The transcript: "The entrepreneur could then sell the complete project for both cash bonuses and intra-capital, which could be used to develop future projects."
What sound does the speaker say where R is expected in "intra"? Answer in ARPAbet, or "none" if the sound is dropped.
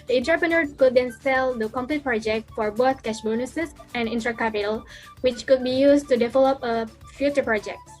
R